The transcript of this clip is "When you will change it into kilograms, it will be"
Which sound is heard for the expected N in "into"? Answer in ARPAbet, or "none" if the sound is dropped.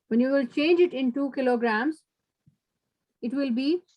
N